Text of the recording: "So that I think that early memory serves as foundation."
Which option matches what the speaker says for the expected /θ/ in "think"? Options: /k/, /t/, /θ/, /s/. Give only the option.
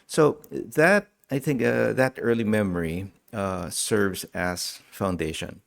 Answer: /θ/